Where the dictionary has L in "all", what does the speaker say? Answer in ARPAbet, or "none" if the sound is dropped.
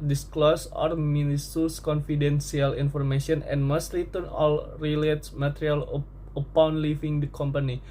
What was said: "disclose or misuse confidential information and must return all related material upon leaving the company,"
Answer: L